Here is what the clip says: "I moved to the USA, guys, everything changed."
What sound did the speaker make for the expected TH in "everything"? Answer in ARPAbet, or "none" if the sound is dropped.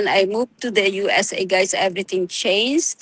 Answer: T